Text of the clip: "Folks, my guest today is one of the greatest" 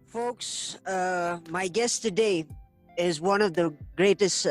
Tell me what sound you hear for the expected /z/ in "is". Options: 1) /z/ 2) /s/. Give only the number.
1